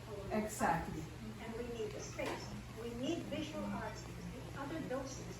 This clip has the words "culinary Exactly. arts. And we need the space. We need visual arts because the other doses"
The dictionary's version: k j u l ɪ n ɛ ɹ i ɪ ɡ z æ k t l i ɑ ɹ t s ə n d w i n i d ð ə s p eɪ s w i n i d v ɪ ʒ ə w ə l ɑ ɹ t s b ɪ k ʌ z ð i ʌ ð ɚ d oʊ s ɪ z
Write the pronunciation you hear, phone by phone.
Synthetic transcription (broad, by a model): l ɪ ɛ ɪ ɡ z æ k t l i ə n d w i n i d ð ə s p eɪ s w i n i d v ɪ ʒ ə w ə l ɑ ɹ t s b ɪ k ʌ z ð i ʌ ð ɚ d oʊ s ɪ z